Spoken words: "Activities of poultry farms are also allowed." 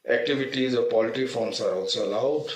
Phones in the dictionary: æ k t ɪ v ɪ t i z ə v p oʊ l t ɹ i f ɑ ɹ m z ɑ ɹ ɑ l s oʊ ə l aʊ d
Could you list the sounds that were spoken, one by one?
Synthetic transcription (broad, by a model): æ k t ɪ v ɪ t i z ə p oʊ l t i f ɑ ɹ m s ɑ ɹ ɑ l s oʊ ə l aʊ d